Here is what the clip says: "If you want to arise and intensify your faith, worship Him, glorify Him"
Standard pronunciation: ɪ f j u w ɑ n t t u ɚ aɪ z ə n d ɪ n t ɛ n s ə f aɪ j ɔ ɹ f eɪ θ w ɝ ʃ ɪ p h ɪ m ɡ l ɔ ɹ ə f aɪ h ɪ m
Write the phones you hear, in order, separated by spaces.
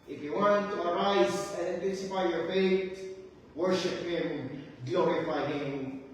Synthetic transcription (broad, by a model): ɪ f j u w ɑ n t t u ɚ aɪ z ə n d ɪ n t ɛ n s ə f aɪ j ɔ ɹ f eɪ t w ɝ ʃ ɪ p h ɪ m ɡ l ɔ ɹ ə f aɪ h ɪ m